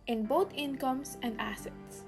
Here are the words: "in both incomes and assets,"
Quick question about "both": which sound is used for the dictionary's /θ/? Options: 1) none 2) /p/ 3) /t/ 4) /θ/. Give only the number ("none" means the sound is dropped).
3